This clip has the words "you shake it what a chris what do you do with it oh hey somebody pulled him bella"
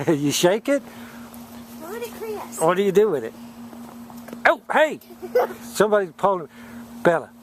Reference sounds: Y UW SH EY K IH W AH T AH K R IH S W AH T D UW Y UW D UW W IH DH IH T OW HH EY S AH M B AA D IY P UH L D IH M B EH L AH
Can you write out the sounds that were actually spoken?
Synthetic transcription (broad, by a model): Y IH SH EY K IH T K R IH W AH T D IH Y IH D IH W IH DH IH T OW HH EY S AH M B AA D IY P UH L IH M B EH L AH